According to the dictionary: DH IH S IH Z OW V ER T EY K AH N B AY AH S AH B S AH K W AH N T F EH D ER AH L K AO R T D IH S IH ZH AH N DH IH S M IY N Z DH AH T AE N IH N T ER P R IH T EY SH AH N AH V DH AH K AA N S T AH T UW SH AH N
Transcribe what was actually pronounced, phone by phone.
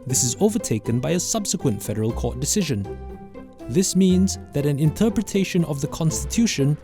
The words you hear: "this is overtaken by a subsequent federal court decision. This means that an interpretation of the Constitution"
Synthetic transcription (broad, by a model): DH IH S IH Z OW V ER T EY K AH N B AY AH S AH B S AH K W AH N T F EH D ER AH L K AO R T D IH S IH ZH AH N DH IH S M IY N Z DH AH T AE N IH N T ER P R IH T EY SH AH N AH V DH AH K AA N S T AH T UW SH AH N